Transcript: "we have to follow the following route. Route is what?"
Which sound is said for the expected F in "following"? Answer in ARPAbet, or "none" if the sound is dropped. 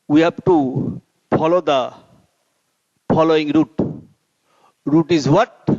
P